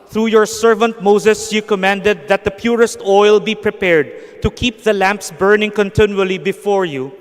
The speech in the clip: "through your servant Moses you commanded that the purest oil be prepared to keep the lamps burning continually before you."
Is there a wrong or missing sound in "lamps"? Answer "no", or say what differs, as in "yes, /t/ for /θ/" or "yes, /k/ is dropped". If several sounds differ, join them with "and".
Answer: no